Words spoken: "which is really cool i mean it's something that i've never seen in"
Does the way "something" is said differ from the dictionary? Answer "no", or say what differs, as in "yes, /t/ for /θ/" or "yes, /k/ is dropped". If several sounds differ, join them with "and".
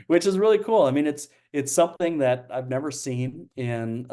no